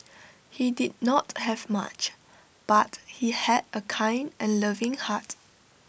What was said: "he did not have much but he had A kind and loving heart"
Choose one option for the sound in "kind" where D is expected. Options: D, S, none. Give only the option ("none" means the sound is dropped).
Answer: D